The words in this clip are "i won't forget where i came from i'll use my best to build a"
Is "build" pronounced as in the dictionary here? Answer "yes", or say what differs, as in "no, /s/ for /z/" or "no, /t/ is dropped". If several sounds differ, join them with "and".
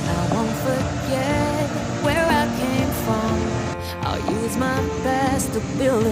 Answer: no, /d/ is dropped